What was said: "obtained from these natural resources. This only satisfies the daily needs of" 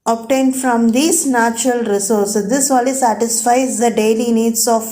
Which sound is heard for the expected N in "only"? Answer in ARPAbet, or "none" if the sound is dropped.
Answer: none